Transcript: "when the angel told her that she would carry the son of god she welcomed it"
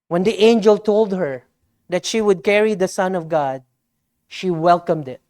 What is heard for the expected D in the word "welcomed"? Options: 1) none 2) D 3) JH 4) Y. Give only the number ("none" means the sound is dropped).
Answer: 2